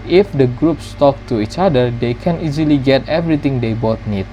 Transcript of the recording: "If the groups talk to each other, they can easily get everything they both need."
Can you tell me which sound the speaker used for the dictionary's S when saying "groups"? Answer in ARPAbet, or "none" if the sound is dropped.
S